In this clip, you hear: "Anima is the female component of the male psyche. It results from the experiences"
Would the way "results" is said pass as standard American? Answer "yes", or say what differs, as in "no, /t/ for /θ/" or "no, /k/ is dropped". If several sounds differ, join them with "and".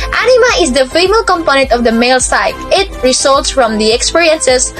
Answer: no, /s/ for /z/